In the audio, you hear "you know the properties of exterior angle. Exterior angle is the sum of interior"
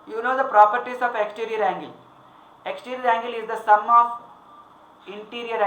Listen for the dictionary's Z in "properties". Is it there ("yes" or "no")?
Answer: no